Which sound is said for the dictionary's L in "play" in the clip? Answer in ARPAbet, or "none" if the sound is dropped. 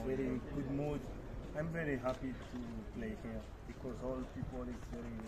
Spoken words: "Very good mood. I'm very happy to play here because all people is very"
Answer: L